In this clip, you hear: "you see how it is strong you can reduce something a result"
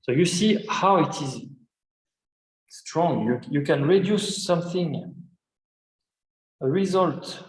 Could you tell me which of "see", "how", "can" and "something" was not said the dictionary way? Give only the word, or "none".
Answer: none